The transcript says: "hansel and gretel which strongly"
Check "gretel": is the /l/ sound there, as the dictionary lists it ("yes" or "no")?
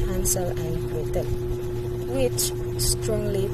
no